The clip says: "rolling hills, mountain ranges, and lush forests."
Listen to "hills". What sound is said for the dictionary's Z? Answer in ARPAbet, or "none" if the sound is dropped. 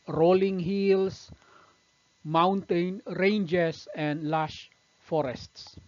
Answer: S